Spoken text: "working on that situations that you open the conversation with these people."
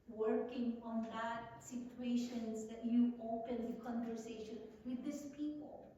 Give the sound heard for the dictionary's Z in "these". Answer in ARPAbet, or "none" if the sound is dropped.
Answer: S